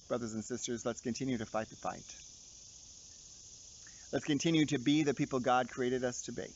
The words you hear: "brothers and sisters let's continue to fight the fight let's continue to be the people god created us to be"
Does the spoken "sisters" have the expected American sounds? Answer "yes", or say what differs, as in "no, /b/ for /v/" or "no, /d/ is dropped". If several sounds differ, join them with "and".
yes